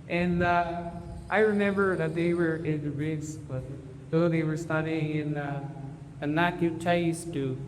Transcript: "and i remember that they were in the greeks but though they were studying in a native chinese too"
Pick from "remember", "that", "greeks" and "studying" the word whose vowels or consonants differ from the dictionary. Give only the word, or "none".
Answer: greeks